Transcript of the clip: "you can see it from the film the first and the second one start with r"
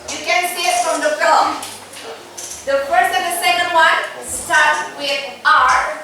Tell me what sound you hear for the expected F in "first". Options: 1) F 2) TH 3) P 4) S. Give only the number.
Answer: 3